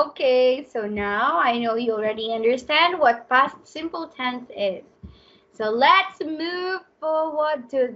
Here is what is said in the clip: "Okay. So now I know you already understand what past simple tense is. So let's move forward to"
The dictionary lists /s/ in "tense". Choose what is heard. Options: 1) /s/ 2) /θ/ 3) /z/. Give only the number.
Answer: 2